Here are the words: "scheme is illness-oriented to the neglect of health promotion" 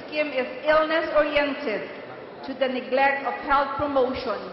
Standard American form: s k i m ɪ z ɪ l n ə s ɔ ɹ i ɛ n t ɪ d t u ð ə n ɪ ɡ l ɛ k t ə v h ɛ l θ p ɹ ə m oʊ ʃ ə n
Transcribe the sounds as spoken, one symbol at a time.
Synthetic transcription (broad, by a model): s k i m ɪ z ɪ l n ə s ɔ ɹ i ɛ n t ɪ d t u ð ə n ɪ ɡ l ɛ k t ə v h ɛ l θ p ɹ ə m oʊ ʃ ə n